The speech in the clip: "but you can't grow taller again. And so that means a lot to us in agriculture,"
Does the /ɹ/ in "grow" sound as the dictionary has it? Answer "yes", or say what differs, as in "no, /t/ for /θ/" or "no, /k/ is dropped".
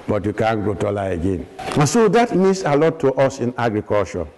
no, /ɹ/ is dropped